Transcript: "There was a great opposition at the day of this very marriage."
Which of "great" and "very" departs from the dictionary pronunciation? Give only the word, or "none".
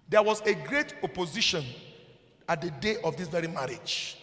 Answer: none